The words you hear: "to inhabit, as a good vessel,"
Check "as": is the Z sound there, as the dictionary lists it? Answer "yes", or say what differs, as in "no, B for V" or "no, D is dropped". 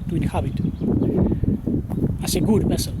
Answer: no, S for Z